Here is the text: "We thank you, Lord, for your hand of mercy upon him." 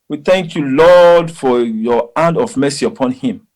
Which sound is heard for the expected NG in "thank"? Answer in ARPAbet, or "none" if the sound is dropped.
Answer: NG